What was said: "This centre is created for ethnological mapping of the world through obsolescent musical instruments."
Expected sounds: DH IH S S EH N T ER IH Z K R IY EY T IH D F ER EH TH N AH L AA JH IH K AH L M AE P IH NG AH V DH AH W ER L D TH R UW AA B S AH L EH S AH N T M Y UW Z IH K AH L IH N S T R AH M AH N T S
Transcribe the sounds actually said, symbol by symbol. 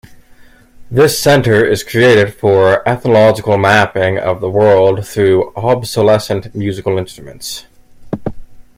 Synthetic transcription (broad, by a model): DH IH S S EH N T ER IH Z K R IY EY T IH D F ER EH TH N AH L AA JH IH K L M AE P IH NG AH V DH AH W ER L D TH R UW AA B S AH L EH S AH N T M Y UW Z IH K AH L IH N S T R AH M AH N T S